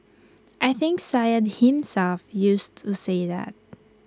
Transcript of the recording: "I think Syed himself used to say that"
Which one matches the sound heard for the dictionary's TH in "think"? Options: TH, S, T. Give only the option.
TH